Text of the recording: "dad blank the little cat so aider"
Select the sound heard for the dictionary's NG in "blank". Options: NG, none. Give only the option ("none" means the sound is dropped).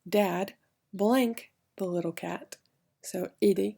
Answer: NG